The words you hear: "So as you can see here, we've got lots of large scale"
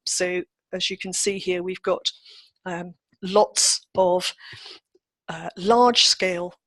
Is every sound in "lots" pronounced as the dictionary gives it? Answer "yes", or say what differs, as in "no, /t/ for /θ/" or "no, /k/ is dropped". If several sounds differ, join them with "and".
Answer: yes